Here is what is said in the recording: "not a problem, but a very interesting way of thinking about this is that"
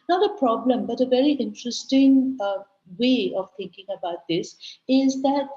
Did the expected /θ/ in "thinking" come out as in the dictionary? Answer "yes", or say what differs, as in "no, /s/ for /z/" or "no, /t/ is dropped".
no, /t/ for /θ/